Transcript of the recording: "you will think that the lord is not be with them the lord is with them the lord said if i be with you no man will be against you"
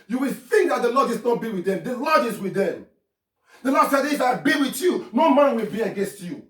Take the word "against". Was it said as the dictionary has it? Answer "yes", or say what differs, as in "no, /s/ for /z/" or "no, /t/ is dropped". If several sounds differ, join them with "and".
yes